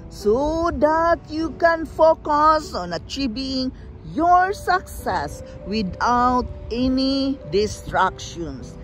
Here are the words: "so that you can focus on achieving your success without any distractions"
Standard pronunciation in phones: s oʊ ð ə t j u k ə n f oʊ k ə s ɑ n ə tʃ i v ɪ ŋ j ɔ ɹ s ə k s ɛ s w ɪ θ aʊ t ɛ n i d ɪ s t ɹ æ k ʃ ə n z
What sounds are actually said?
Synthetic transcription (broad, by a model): s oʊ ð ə t j u k ə n f oʊ k ə s ɑ n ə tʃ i b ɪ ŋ j ɔ ɹ s ə k s ɛ s w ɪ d aʊ t ɛ n i d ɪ s t ɹ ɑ k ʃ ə n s